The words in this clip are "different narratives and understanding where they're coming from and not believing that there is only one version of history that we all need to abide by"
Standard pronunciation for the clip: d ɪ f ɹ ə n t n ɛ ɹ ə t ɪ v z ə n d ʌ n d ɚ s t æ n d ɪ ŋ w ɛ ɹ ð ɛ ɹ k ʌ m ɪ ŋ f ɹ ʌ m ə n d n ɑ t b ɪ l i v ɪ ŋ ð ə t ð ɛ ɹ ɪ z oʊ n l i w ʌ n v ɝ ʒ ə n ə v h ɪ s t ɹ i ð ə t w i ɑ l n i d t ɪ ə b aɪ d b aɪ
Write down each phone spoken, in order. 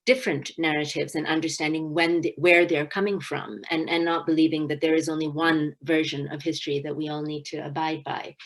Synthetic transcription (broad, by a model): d ɪ f ɹ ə n n ɛ ɹ ə t ɪ v z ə n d ʌ n d ɚ s t æ n d ɪ ŋ w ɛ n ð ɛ ɹ k ʌ m ɪ ŋ f ɹ ʌ m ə n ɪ n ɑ t b ɪ l i v ɪ ŋ ð ə t ð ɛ ɹ ɪ z oʊ n l i w ʌ n v ɝ ʒ ə n ə v h ɪ s t ɹ i ð ə t w i ɑ l n i d t ɪ ə b aɪ d b aɪ